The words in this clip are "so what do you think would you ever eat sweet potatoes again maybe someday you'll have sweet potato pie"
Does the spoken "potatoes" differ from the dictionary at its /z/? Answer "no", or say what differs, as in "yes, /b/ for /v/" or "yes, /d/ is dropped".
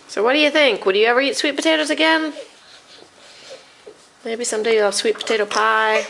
no